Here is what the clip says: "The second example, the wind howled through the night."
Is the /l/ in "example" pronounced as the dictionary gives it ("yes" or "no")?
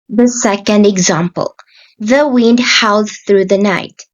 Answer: yes